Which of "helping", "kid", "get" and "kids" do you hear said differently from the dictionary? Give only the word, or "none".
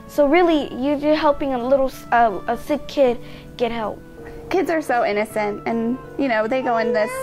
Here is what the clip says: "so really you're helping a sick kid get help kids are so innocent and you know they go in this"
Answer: none